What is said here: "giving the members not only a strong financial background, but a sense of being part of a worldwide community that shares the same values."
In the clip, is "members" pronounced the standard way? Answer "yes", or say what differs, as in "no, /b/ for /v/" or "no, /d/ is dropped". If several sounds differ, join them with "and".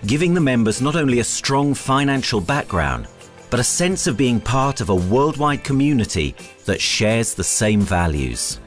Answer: yes